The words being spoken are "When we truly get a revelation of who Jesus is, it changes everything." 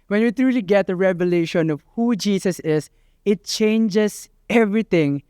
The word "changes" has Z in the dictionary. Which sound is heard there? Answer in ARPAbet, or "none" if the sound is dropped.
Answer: S